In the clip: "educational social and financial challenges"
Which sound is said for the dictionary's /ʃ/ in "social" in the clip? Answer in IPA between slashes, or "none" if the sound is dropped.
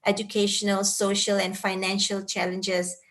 /ʃ/